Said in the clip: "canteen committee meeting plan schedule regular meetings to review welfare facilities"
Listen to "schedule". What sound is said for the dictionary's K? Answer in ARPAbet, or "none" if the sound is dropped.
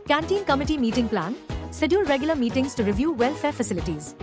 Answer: none